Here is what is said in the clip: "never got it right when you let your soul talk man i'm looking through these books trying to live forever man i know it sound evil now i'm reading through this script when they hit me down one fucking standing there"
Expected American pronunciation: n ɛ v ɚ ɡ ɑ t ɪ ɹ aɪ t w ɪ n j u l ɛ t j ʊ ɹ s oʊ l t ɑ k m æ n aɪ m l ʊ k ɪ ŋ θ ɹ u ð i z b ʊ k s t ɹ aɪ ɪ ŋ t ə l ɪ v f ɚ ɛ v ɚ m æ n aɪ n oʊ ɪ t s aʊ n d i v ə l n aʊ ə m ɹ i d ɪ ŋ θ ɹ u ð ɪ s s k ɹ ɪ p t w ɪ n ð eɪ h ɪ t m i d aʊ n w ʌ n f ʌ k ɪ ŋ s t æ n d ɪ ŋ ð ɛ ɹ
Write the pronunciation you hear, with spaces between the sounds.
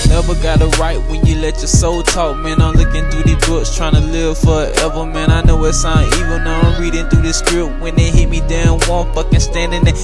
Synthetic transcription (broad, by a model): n ɛ v ɚ ɡ ɑ t ɪ ɹ aɪ t w ɪ n j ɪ l ɛ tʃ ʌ ɹ s oʊ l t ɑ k m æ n aɪ m l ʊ k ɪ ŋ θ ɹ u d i b ʊ k s t ɹ aɪ ɪ ŋ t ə l ɪ v f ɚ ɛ v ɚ m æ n aɪ n oʊ ɪ t s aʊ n i v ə n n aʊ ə ɹ i d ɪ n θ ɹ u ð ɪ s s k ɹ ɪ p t w ɪ n ð eɪ h ɪ t m i d aʊ n w ʌ n f ʌ k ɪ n s t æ n d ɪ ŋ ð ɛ